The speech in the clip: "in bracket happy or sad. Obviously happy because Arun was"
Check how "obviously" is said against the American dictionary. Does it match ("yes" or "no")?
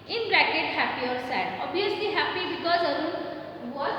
no